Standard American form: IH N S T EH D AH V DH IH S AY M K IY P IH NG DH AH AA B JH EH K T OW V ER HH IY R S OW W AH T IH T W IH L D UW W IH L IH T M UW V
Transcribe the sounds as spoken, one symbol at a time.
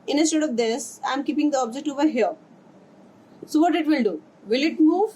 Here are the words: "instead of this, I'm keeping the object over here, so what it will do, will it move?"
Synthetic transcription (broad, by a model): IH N S T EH D AH V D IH S AY M K IY P IH NG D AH AA B JH EH K T OW V ER HH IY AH S OW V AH T IH T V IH L D UW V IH L IH T M UW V